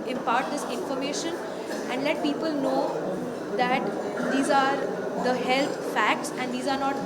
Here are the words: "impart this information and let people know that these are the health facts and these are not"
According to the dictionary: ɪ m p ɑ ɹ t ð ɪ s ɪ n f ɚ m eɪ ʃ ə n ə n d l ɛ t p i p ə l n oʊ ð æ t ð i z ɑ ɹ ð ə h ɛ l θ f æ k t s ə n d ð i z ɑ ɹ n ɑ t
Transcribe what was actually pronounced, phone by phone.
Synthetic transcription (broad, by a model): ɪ m p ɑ ɹ t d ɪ s ɪ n f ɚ m eɪ ʃ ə n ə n d l ɛ t p i p ə l n oʊ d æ t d i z ɑ ɹ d ə h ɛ l t f æ k t s ə n d i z ɑ ɹ n ɑ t